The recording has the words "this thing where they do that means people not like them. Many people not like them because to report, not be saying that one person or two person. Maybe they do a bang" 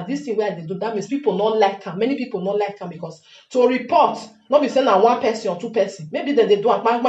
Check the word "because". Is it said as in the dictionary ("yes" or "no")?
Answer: no